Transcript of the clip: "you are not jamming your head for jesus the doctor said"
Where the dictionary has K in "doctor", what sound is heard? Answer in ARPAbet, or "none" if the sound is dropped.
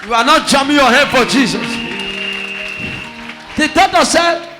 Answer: none